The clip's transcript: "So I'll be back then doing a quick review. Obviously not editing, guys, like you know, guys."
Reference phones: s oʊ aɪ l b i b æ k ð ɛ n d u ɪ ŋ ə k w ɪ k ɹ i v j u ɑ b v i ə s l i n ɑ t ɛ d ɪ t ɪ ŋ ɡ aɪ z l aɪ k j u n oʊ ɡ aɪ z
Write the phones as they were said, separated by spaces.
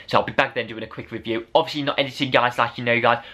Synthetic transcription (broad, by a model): s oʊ aɪ l b i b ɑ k ð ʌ n d u ɪ ŋ ə k w ɪ k ɹ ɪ v j u ɑ b v i ə s l i n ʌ t ɛ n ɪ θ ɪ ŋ ɡ aɪ z l aɪ k j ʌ n oʊ ɡ aɪ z